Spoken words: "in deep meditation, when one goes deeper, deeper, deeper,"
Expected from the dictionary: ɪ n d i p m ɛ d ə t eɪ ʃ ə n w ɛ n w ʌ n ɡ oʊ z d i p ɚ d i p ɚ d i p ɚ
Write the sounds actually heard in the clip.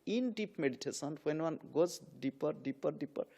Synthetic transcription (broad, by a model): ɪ n d i p m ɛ d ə t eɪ s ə n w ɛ n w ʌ n ɡ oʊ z d i p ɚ d i p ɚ d i p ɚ